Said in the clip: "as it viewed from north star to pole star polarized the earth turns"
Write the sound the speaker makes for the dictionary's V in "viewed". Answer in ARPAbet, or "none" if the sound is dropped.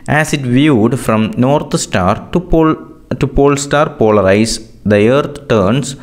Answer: V